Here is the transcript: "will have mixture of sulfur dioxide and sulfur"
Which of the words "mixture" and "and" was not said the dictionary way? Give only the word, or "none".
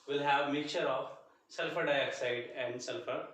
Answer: mixture